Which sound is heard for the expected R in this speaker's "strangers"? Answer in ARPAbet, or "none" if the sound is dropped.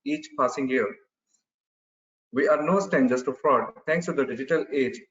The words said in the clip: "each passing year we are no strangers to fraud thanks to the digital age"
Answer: none